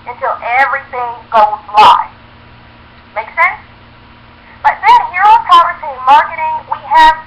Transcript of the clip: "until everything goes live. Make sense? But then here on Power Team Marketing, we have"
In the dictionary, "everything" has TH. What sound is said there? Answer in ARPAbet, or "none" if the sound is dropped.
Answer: TH